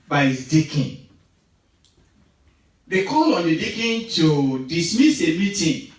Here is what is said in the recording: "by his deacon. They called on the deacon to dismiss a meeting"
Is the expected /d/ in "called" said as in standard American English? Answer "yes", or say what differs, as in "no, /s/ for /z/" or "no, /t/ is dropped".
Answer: no, /d/ is dropped